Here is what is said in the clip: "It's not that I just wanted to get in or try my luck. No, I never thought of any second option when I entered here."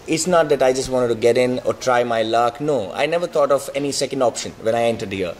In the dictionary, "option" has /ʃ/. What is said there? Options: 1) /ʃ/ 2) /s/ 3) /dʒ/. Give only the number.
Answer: 1